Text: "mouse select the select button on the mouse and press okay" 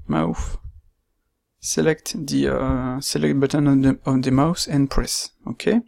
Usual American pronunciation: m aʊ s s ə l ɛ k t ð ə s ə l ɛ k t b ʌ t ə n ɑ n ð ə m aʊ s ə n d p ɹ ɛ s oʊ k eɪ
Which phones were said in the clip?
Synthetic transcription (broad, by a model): m aʊ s s ə l ɛ k t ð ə s ə l ɛ k t b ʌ t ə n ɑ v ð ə m aʊ s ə n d p ɹ ɛ s oʊ k eɪ